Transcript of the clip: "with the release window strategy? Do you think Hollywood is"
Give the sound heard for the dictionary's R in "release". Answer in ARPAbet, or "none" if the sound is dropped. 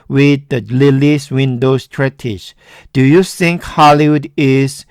L